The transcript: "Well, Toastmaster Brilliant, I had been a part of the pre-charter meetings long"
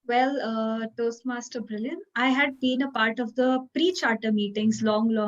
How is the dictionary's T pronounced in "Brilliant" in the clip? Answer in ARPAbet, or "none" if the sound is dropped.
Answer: none